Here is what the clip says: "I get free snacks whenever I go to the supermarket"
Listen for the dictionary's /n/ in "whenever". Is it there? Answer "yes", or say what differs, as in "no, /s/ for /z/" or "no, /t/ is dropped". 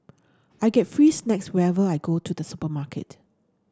no, /n/ is dropped